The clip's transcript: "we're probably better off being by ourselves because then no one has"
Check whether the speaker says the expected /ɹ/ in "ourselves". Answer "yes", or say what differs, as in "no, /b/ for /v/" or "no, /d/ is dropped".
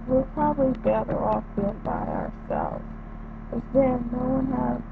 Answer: yes